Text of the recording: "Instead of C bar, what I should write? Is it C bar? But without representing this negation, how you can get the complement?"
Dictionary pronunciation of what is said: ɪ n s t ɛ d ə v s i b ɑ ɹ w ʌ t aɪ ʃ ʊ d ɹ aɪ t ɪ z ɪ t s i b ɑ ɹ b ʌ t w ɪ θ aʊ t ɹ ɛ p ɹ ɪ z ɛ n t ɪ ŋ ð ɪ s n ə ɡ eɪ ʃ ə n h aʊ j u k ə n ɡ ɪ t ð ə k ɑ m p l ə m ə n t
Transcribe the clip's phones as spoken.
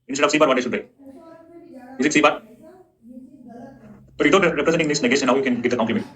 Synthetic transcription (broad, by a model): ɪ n s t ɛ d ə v s i b ɑ ɹ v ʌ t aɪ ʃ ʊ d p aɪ ɪ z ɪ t s i b ɑ ɹ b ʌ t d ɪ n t ɹ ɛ p ɹ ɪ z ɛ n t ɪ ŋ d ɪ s n ə ɡ eɪ ʃ ə n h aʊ j u k ə n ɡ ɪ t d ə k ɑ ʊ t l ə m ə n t